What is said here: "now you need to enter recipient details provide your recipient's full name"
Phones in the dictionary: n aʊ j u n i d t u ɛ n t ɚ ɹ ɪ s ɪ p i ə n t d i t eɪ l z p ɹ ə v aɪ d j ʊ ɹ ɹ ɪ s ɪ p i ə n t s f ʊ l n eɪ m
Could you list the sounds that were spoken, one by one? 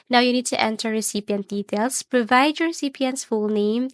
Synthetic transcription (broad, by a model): n aʊ j u n i d t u ɛ n t ɚ ɹ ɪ s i p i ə n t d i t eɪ l s p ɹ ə v aɪ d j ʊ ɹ ɹ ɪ s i p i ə n t s f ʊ l n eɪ m